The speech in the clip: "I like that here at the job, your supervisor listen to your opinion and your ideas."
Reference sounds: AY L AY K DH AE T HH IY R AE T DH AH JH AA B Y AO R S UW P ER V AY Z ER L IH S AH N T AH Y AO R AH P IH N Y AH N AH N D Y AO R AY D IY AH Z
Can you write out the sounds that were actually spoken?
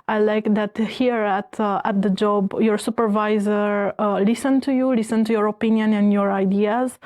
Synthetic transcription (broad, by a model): AY L AY K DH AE T HH IY R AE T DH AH JH AA B Y AO R S UW P ER V AY Z ER L IH S AH N T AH Y AO R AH P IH N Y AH N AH N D Y AO R AY D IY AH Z